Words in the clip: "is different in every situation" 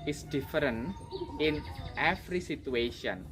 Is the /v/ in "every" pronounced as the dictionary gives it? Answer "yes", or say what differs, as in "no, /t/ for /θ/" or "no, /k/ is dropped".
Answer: no, /f/ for /v/